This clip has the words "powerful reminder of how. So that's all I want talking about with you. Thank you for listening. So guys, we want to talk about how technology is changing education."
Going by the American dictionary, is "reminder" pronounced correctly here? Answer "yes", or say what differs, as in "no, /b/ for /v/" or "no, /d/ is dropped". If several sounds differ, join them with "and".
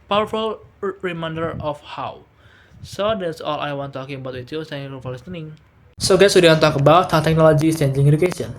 yes